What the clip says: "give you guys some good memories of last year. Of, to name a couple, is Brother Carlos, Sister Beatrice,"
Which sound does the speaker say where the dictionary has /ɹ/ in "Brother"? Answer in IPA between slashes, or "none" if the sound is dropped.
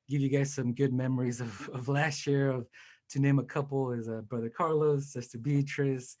/ɹ/